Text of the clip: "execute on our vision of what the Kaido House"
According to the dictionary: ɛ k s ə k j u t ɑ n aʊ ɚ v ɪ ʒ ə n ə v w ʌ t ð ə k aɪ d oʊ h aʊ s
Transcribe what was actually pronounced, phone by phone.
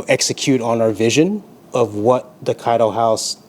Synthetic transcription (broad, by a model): ɛ k s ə k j u t n aʊ ɚ v ɪ ʒ ə n ə v w ʌ t ð ə k aɪ d oʊ h aʊ s